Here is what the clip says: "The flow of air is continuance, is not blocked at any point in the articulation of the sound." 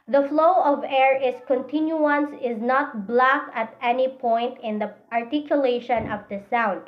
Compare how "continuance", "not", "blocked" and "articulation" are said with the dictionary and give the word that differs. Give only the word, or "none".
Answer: blocked